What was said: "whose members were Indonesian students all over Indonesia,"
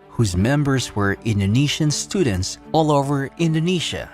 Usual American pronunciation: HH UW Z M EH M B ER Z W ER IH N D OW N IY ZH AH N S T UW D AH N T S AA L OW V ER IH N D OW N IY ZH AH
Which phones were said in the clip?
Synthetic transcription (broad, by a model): HH UW Z M EH M B ER Z W ER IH N D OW N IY SH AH N S T UW D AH N T S AA L OW V ER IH N D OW N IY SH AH